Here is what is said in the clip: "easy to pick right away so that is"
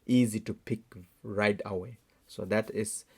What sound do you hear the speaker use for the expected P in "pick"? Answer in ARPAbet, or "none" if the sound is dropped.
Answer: P